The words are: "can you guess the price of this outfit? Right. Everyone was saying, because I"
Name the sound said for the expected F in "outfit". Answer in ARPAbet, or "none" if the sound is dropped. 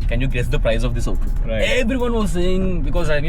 none